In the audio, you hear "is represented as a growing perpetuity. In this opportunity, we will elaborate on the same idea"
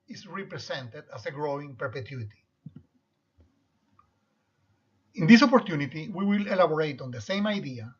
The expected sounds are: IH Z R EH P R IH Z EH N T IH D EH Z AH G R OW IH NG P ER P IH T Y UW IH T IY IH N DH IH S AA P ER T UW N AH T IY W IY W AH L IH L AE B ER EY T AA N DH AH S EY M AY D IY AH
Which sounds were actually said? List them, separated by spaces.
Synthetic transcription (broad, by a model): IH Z R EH P R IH S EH N T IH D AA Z AH G R OW IH NG P ER P IH T Y UW IH T IY IH N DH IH S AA P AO T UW N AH T IY W IY W AH L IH L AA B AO EY T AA N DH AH S EY M AY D IY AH